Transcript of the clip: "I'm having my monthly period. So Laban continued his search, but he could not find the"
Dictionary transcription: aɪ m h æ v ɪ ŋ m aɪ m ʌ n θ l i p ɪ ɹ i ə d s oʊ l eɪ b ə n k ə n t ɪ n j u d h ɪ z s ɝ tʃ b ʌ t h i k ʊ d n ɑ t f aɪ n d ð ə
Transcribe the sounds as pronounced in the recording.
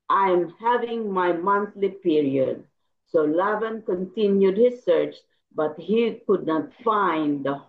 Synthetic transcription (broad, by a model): aɪ m h æ v ɪ ŋ m aɪ m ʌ n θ l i p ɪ ɹ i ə d s oʊ l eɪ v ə n k ə n t ɪ n j u d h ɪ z s ɝ tʃ b ʌ t h i k ʊ d n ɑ t f aɪ n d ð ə